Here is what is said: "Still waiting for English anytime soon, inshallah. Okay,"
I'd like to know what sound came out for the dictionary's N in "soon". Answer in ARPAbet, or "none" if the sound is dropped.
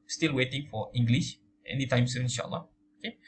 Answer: none